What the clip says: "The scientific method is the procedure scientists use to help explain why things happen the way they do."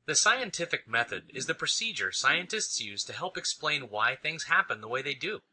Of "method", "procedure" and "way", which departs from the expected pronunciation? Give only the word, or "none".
none